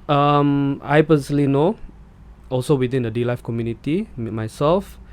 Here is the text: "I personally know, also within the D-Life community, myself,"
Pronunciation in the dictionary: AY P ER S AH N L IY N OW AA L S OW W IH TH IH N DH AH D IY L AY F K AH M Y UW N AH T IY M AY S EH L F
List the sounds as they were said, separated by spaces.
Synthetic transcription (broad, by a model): AY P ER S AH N L IY N OW AA L S OW W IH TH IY N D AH D IY L AY F K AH M Y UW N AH T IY M AY S EH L F